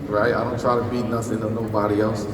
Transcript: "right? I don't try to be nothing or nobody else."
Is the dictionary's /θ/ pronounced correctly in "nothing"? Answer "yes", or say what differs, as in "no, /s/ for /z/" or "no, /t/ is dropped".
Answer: no, /s/ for /θ/